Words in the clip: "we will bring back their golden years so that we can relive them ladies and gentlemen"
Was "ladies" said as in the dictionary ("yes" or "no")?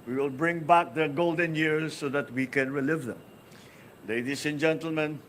no